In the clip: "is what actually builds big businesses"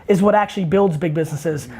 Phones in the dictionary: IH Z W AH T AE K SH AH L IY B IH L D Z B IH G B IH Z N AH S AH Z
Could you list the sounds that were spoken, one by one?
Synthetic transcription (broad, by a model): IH Z W AH T AE K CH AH L IY B IH L D Z B IH G B IH Z N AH S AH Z